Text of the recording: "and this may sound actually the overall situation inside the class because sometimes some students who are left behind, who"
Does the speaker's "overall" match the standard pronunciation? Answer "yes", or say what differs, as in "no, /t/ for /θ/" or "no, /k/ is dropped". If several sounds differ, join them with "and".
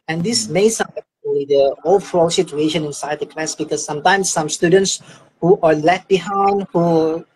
no, /f/ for /v/